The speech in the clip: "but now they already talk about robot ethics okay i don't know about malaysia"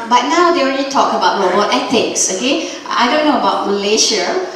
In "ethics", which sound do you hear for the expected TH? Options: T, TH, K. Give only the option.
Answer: T